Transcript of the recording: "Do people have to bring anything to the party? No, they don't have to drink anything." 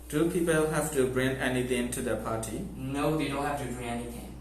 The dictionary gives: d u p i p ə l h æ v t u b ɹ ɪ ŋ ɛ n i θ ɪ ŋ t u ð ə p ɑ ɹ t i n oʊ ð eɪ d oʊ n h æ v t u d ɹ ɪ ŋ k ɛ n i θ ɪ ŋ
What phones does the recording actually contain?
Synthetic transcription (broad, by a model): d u p i p ə l h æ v t u b ɹ ɪ ŋ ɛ n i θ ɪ ŋ t u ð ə p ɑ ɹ t i n oʊ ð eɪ d oʊ n h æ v t u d ɹ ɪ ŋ ɛ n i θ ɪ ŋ